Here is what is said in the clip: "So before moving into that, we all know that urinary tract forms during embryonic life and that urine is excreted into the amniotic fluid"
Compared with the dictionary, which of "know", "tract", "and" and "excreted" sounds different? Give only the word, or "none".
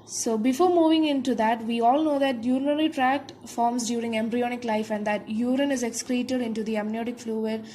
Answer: none